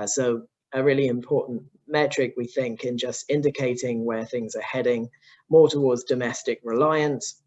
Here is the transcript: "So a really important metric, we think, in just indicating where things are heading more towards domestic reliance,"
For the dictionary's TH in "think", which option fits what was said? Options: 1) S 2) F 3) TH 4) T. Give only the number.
3